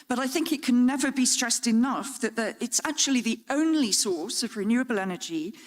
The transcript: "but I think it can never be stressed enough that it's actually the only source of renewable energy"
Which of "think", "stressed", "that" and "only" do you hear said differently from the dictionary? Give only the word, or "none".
none